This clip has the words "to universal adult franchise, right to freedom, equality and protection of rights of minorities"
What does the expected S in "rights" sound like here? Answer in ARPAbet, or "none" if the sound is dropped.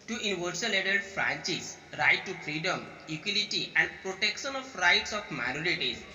S